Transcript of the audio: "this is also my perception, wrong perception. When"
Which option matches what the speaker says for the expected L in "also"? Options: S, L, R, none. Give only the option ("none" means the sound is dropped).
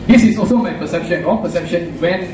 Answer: L